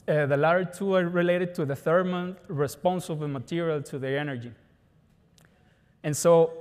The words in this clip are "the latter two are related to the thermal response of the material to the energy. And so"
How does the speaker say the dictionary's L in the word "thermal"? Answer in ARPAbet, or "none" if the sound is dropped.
N